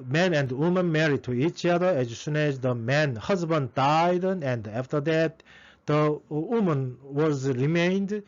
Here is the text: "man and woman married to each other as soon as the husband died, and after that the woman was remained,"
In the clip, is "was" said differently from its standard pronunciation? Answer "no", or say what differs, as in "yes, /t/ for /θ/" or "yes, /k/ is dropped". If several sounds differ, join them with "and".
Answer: no